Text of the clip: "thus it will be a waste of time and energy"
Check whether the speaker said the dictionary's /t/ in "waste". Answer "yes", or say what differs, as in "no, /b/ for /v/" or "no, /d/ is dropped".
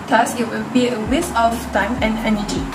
no, /t/ is dropped